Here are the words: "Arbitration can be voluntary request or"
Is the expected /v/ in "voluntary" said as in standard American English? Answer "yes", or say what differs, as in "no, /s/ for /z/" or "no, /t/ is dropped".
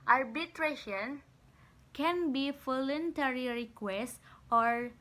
no, /f/ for /v/